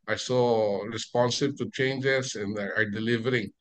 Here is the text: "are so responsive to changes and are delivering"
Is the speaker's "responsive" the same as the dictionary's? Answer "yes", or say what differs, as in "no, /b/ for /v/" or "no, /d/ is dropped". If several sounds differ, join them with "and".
no, /b/ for /v/